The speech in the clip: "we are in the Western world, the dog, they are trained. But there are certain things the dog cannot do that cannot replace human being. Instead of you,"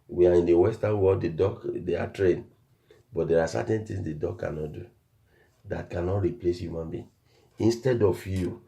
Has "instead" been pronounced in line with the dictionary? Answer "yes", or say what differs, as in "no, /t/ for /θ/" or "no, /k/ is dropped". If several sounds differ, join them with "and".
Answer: yes